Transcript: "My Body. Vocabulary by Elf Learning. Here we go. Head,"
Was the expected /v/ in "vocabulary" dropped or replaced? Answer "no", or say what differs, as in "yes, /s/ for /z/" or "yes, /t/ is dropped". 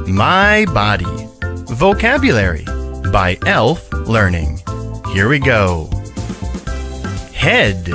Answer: no